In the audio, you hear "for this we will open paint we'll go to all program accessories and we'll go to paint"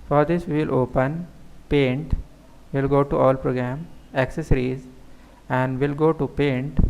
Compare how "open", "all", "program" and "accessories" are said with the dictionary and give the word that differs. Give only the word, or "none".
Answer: none